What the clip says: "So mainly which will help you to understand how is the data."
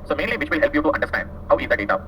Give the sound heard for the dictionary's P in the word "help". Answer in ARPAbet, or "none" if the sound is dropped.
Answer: P